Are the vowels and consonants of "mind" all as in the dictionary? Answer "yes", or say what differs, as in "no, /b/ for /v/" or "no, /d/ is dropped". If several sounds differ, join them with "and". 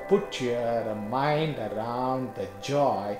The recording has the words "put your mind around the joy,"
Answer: yes